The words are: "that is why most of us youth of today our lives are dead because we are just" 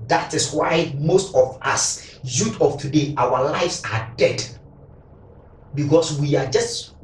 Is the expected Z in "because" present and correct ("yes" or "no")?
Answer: no